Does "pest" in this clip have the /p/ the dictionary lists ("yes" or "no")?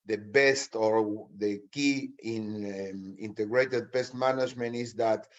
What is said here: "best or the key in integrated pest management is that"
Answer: no